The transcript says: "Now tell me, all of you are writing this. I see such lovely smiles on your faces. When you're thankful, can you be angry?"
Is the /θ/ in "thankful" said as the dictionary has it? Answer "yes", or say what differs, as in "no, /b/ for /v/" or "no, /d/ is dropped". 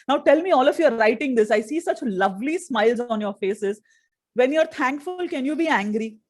no, /t/ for /θ/